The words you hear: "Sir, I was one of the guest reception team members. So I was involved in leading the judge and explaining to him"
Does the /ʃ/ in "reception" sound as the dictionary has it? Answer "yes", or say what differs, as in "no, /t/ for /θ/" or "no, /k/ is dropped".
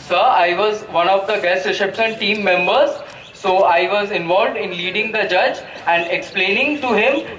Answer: no, /s/ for /ʃ/